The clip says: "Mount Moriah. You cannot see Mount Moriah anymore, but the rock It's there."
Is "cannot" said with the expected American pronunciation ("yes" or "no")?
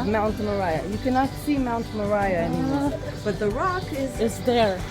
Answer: yes